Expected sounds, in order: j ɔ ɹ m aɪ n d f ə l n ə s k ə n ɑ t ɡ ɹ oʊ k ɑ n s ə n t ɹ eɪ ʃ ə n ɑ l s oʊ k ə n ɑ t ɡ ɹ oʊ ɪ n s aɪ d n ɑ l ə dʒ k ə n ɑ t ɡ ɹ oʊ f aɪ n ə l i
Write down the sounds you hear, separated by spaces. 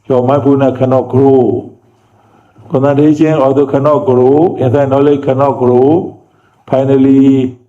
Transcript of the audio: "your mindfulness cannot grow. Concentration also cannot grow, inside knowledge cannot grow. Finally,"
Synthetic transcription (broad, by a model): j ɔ m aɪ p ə n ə k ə n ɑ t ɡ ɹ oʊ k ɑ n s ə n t eɪ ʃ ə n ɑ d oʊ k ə n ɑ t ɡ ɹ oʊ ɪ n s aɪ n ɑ l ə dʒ k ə n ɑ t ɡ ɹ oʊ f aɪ n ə l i